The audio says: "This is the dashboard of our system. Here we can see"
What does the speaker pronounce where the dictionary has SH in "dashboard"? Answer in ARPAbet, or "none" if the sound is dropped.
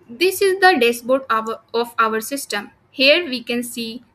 S